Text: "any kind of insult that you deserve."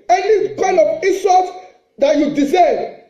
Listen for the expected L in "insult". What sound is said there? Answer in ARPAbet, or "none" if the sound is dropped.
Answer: none